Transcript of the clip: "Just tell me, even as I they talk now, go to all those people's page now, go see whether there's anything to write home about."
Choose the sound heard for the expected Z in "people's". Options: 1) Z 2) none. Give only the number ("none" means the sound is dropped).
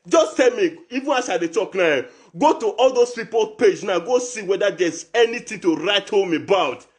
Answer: 2